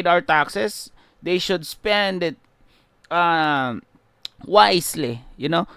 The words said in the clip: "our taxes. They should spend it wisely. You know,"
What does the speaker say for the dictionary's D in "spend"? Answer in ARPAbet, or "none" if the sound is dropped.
D